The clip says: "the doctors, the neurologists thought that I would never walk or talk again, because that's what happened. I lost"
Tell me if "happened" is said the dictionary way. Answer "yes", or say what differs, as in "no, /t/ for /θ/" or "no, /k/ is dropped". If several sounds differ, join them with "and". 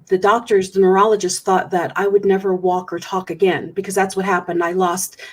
yes